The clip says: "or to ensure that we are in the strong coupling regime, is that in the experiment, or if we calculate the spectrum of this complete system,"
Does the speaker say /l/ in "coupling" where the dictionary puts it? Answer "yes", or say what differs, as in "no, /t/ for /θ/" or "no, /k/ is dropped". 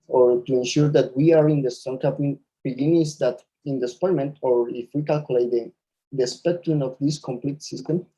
no, /l/ is dropped